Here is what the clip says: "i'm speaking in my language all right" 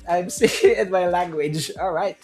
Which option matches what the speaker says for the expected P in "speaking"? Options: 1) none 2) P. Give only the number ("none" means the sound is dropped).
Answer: 1